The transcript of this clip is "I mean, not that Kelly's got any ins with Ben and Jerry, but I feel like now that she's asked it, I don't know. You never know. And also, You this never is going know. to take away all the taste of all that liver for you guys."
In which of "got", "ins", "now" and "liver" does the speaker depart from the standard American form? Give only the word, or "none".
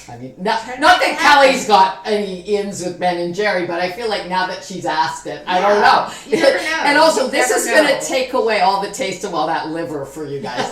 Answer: none